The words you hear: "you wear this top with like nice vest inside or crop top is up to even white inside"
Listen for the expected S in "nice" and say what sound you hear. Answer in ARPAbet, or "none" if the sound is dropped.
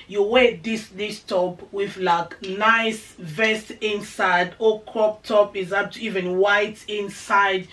S